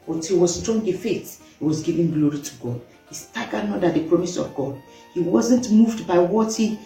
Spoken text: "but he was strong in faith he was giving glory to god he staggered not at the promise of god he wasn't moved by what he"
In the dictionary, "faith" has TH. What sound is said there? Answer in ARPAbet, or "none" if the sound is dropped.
T